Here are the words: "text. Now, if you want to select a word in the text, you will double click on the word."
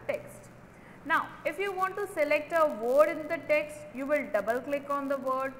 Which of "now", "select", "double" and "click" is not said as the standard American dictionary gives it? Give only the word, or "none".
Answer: none